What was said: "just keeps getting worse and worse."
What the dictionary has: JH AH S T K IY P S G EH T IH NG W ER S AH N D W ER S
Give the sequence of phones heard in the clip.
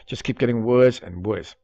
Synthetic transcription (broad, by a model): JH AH S K IY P G EH T IH NG W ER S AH N W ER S